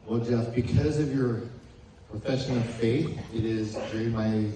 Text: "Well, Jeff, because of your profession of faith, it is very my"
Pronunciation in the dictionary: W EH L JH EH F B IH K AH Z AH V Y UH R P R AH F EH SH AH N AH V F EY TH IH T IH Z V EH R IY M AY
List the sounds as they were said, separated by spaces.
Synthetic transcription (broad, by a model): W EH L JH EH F B IH K AH Z AH V Y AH R P R AH F EH SH AH N AH V F EY TH IH T IH Z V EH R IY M AY